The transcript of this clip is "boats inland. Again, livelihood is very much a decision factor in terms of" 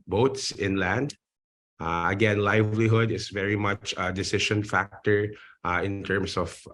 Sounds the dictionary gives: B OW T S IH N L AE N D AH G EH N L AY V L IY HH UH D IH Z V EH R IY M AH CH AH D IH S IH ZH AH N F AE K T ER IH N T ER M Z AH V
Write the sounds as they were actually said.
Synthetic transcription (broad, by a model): B OW T S IH N L AE N D AH G EH N L AY V L IY HH UH D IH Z V EH R IY M AH CH AH D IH S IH SH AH N F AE K T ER IH N T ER M S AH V